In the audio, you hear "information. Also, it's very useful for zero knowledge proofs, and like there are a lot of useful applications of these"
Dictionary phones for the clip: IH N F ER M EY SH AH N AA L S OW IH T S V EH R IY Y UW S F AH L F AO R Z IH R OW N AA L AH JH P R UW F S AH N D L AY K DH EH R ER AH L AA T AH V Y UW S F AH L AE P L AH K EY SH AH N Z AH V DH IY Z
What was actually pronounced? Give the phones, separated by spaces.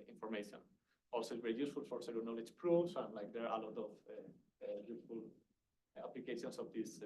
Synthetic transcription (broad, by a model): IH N F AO M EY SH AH N AA L S OW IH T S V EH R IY Y UW S F AH L F AO R S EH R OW N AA L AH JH P R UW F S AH N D L AY K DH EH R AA AH L AA T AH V Y UW S F AH L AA P L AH K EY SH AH N S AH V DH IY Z